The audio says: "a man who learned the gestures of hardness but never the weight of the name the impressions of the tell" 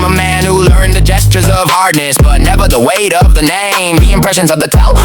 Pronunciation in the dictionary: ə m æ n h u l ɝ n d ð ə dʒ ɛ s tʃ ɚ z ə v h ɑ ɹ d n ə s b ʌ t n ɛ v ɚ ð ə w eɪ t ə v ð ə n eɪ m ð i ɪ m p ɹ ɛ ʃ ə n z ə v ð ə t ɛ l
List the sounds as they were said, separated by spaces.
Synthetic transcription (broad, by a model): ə m æ n h u l ɝ n ð ə dʒ ɛ s tʃ ɚ z ə v h ɑ ɹ d n ə s b ʌ t n ɛ v ɚ ð ə w eɪ t ə v ð ə n eɪ m ð i ɪ m p ɹ ɛ ʃ ə n z ə v ð ə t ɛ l